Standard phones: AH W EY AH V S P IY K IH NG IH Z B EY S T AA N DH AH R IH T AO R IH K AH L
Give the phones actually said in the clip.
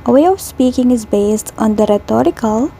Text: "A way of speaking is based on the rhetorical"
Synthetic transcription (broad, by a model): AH W EY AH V S P IY K IH NG IH Z B EY S T AA N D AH R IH T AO R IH K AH L